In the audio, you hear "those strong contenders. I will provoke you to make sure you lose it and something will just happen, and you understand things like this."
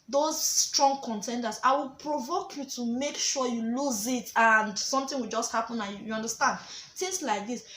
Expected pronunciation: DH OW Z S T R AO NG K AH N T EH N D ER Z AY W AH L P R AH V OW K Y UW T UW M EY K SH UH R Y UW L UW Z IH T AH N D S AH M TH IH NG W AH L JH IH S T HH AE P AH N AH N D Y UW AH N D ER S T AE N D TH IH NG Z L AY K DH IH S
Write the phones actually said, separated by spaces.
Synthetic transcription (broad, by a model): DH OW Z S T R AO NG K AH N T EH N D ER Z AY W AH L P R AH V OW K Y UW T UW M EY K SH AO Y UW L UW Z IH T AH N D S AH M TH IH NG W AH L JH IH S T HH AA P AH N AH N Y UW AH N D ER S T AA N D T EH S L AY K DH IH S